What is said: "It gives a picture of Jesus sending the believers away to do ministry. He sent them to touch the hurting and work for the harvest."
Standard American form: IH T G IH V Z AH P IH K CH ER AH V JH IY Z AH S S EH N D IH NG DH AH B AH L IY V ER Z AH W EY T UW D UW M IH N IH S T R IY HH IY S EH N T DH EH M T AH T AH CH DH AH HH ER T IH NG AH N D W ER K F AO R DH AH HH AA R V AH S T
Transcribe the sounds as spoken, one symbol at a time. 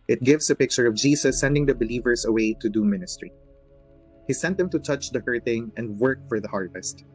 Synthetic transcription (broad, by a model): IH T G IH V S AH P IH K CH ER AH V JH IY S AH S S EH N D IH NG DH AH B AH L IY V ER S AH W EY T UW D UW M IH N IH S T R IY HH IY S EH N T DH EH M T AH T AH CH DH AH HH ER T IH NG AH N D W ER K F AO R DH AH HH AA R V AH S T